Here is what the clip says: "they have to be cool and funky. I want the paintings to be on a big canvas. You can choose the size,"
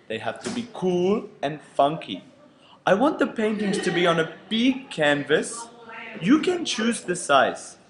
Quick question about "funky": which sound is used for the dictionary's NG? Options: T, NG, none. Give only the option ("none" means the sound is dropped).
NG